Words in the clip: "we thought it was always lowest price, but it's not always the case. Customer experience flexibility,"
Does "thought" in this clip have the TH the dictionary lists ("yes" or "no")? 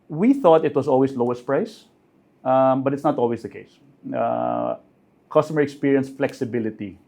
yes